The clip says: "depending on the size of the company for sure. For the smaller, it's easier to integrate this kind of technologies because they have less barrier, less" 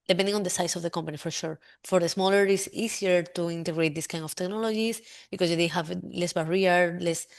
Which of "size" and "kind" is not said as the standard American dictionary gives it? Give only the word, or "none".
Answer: size